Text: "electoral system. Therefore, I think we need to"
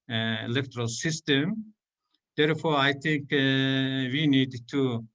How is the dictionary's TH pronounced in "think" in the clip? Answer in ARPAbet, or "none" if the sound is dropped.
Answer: T